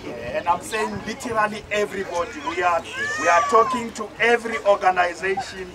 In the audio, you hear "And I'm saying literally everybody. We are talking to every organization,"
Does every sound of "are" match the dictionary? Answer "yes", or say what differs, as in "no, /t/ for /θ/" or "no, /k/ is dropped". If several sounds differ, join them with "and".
no, /w/ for /ɹ/